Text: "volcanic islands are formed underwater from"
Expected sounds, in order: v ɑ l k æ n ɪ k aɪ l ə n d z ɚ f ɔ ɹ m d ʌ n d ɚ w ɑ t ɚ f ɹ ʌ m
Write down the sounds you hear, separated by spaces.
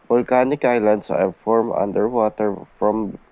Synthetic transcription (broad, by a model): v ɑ l k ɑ n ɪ k aɪ l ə n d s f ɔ ɹ m ʌ n d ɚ w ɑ t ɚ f ɹ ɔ m